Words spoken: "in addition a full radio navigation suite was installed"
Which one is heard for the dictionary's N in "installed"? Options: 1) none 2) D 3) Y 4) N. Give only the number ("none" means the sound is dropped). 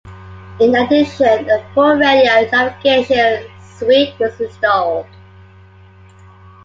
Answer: 1